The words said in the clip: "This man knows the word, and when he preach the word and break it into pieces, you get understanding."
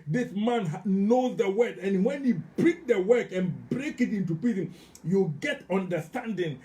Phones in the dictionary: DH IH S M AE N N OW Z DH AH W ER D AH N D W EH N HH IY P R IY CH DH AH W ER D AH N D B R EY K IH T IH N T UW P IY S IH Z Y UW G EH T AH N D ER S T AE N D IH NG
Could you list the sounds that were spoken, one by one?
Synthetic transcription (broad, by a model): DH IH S M AE N N OW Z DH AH W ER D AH N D W EH N HH IY B R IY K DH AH W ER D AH N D B R EY K IH T IH N T UW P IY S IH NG Y UW G EH T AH N D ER S T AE N D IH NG